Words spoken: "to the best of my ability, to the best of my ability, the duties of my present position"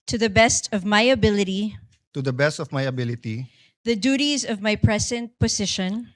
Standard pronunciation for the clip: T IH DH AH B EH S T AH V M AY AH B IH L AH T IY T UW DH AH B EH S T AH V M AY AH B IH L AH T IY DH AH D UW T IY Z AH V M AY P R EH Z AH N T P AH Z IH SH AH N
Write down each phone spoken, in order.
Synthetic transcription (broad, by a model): T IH DH AH B EH S T AH V M AY AH B IH L AH T IY T UW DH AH B EH S T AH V M AY AH B IH L AH T IY DH AH D UW T IY Z AH V M AY P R EH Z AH N T P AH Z IH SH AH N